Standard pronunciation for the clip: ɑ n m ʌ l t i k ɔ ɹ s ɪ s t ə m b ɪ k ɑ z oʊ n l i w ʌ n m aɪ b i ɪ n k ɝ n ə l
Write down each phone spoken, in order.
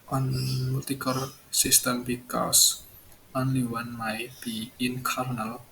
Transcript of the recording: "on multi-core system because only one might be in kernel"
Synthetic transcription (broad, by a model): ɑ n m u t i k ɔ ɹ s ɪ s t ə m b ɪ k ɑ s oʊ n l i w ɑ n m aɪ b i ɪ n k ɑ n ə l